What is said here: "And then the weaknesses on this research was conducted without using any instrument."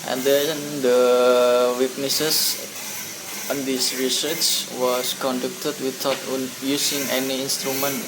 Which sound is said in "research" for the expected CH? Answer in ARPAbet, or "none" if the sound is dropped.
S